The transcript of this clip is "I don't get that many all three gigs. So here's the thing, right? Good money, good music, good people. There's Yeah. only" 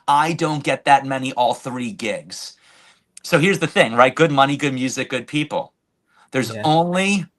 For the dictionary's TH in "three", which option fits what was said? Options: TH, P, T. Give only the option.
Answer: TH